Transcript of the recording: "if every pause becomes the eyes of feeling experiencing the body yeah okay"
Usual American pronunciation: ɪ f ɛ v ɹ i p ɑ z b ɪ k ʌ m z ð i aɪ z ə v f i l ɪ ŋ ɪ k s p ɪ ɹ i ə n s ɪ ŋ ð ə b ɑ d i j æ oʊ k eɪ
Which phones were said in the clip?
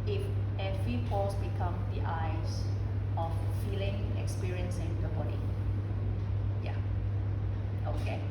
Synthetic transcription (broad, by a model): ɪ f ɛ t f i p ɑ s b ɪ k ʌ m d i aɪ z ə f f i l ɪ ŋ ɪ k s p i ɹ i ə n s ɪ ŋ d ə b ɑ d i j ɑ oʊ k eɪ